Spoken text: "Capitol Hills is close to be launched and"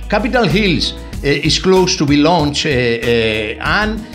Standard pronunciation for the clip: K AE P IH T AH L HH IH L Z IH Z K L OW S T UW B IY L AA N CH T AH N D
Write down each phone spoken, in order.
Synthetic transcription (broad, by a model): K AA P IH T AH L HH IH L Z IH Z K L OW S T UW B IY L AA N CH AH N